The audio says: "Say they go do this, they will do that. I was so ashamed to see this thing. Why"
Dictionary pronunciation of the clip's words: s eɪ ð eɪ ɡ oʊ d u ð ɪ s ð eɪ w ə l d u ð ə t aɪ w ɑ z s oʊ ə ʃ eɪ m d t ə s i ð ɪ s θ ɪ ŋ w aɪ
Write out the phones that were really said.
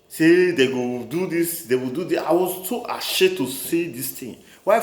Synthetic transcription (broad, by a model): s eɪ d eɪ ɡ oʊ d u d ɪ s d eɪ w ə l d u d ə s aɪ w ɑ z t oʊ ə ʃ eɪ t ə s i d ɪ s t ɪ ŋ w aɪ